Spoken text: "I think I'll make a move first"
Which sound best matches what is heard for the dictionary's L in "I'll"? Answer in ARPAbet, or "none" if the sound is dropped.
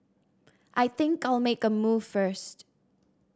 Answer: L